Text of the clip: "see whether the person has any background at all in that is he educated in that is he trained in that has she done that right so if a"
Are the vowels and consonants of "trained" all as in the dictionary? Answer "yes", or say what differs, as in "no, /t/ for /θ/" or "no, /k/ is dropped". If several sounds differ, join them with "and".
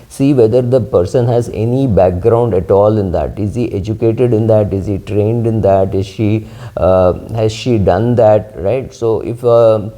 yes